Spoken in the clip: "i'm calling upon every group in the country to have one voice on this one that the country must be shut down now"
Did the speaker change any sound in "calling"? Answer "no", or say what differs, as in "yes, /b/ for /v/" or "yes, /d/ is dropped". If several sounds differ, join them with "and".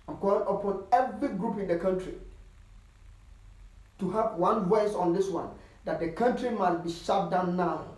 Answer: yes, /l/ is dropped